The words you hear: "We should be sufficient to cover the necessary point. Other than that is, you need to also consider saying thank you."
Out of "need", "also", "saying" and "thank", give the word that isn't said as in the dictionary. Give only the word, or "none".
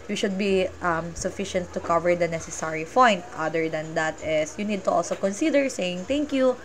thank